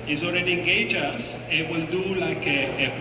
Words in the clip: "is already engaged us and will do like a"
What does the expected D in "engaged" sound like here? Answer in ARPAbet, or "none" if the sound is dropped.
none